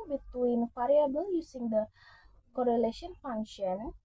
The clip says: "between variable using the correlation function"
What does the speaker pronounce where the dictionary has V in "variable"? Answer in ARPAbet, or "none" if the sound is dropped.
F